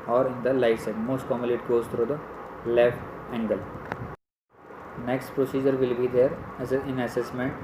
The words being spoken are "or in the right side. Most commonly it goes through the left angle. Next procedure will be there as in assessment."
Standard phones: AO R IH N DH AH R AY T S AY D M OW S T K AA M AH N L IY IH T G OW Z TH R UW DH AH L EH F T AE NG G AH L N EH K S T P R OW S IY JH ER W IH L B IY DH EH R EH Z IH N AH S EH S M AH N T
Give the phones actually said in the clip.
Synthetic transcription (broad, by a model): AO R IH N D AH L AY S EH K M OW S T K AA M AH L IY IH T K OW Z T R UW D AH L EH F T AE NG G AH L N EH K S T P R OW S IY JH ER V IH L B IY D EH R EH IH N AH S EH S M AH N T